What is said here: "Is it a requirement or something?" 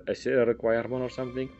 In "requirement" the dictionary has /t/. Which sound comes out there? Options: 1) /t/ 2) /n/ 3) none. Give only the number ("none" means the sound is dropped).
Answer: 3